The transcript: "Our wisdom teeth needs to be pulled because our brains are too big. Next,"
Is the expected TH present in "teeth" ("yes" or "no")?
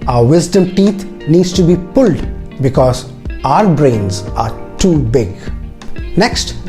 no